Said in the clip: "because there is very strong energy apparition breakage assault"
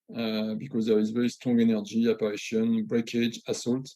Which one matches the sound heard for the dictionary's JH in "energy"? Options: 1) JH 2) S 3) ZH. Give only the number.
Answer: 1